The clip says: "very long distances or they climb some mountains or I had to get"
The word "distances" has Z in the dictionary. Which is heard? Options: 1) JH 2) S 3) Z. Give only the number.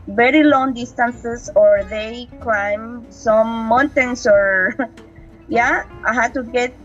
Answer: 2